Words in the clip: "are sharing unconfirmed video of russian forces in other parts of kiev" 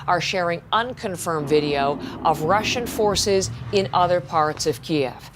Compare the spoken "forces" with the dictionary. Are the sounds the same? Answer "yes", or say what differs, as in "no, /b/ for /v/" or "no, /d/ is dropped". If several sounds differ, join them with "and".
yes